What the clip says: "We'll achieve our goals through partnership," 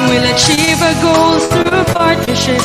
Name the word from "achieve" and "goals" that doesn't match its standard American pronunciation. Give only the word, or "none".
goals